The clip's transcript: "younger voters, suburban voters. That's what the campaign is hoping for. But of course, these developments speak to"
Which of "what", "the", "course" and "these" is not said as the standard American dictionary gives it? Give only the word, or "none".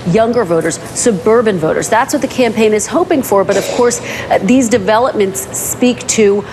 none